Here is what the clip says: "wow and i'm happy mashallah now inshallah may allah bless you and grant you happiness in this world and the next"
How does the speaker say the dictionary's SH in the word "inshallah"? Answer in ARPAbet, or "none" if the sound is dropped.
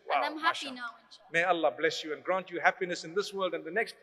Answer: none